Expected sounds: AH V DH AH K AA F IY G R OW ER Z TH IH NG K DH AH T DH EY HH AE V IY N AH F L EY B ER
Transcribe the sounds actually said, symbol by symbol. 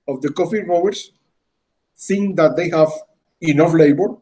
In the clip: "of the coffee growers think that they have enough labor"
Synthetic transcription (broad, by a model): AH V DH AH K AA F IY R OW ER S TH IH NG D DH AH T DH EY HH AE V IY N AH F L EY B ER